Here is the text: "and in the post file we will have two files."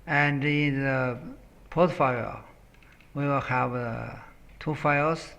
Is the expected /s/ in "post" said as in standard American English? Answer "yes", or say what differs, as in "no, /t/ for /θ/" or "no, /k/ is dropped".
no, /s/ is dropped